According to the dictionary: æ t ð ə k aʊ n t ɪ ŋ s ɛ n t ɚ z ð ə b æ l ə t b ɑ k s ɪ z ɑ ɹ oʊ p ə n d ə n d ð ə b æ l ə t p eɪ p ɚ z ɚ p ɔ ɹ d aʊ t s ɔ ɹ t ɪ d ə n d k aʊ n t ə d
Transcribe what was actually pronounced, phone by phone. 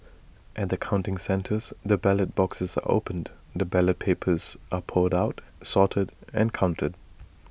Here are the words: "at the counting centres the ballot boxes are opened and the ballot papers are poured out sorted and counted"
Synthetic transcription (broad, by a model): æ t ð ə k aʊ n t ɪ ŋ s ɛ n t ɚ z ð ə b æ l ə t b ɑ k s ɪ z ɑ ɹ oʊ ə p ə n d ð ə b æ l ə t p eɪ p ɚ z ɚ p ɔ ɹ d aʊ t s ɔ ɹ t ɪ d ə n k aʊ n t ə d